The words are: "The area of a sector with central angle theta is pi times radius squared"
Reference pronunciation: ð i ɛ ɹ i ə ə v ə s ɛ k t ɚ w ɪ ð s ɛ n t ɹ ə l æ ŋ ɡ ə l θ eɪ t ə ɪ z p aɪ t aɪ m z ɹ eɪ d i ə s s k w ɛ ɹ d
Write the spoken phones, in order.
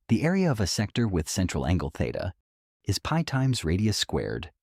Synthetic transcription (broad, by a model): ð i ɛ ɹ i ə ə v ə s ɛ k t ɚ w ɪ ð s ɛ n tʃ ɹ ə l æ ŋ ɡ ə l θ eɪ t ə ɪ z p aɪ t aɪ m z ɹ eɪ d i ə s s k w ɛ ɹ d